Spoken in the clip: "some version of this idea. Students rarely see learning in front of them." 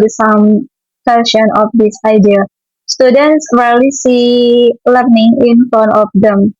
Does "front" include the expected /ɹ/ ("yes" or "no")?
no